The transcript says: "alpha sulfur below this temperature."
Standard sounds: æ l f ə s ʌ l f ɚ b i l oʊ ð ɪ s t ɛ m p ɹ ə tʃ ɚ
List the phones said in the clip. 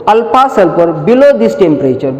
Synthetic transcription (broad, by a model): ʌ l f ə s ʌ l p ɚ b i l oʊ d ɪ s t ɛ m p ɹ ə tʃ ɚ